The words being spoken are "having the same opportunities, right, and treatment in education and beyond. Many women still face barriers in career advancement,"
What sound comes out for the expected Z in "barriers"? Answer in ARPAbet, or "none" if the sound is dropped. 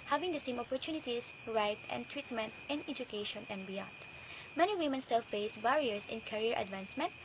S